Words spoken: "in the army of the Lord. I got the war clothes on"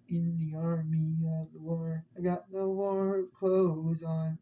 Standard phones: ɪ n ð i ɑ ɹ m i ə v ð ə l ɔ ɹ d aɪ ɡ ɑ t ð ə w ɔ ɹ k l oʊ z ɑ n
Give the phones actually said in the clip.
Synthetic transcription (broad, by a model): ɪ n ð i ɑ ɹ m i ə ð ə w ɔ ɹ aɪ ɡ ɑ t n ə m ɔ ɹ k l oʊ z n